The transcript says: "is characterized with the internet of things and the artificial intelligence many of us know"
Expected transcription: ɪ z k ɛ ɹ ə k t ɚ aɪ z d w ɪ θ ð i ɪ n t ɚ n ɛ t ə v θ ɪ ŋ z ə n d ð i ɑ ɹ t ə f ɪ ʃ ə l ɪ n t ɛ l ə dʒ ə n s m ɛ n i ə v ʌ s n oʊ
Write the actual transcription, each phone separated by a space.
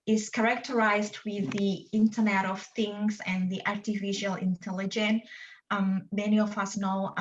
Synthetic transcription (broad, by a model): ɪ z k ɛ ɹ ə k t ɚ aɪ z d w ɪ ð i ɪ n t ɚ n ɛ t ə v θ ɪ ŋ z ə n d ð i ɑ ɹ t ə f ɪ ʃ ə l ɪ n t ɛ l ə dʒ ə n m ɛ n i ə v ʌ s n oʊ